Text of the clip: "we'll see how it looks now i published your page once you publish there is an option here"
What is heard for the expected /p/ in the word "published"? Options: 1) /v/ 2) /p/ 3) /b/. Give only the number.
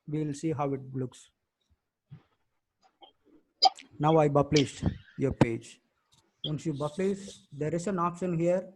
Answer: 3